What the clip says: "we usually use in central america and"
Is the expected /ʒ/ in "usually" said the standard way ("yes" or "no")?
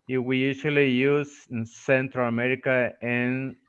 no